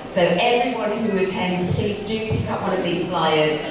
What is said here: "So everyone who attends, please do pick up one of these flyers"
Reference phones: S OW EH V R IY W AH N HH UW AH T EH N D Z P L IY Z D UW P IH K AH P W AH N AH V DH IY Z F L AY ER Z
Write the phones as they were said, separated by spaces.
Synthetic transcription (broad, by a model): S OW EH V R IY W AH N HH UW AH T EH N D Z P L IY Z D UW P IH K AH P W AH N AH V DH IY Z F L AY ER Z